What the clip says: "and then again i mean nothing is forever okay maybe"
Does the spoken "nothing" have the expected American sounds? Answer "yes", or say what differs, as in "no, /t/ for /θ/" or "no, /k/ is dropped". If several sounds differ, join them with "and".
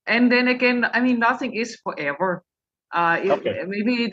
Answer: yes